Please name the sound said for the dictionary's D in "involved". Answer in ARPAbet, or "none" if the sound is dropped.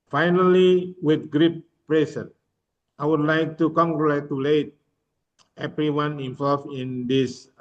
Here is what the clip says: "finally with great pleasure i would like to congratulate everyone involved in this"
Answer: none